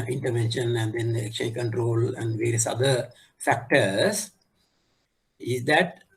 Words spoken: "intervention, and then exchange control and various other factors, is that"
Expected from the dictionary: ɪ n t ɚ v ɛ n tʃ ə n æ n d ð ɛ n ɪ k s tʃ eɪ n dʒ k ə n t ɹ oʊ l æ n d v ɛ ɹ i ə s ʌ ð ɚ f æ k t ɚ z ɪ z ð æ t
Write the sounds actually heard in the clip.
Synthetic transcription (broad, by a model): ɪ n t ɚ v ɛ n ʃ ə n æ n d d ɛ n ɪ k tʃ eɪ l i k ə n t ɹ oʊ l æ n d v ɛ ɹ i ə s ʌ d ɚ f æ k t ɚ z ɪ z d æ t